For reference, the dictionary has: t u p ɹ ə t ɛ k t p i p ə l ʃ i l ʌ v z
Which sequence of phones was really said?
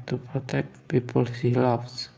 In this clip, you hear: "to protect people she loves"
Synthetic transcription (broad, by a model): t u p ɹ ə t ɛ k t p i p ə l s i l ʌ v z